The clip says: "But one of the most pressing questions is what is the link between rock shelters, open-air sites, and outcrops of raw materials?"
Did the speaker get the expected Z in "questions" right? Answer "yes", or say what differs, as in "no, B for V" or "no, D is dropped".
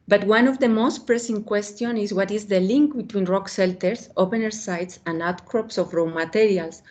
no, Z is dropped